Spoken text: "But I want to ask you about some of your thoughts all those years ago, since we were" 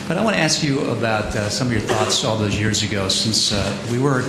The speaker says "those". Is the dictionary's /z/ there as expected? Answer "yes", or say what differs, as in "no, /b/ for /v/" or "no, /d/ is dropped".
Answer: yes